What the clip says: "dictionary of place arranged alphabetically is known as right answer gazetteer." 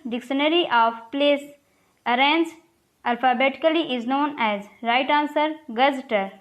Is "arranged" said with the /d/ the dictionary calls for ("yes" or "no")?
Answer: no